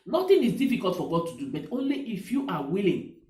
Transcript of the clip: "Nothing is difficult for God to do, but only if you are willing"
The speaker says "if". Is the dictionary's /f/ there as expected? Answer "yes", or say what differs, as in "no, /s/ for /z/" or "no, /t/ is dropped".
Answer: yes